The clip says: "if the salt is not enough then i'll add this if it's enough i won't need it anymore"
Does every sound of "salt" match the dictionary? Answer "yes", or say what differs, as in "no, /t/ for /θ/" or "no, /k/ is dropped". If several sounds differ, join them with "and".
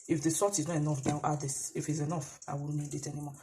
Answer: no, /l/ is dropped